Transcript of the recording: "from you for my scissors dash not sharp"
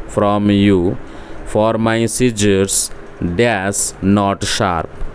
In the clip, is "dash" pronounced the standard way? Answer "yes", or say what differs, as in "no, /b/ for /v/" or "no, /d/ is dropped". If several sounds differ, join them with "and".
no, /s/ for /ʃ/